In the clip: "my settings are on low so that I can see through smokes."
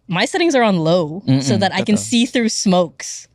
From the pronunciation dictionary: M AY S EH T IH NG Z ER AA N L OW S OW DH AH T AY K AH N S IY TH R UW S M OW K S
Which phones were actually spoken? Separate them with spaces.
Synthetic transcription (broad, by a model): M AY S EH T IH NG Z ER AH N L OW S OW DH AH T AY K AH N S IY TH R UW S M OW K S